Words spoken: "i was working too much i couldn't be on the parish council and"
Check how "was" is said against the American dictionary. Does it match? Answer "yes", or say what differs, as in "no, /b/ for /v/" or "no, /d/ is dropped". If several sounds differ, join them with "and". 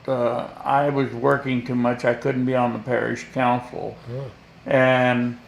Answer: yes